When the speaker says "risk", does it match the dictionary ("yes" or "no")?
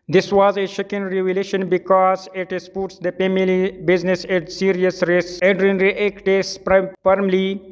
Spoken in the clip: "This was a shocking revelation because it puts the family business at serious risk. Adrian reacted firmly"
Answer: no